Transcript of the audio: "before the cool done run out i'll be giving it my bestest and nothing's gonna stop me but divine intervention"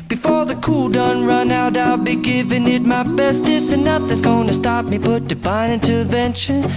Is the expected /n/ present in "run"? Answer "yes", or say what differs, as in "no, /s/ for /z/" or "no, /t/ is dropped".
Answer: yes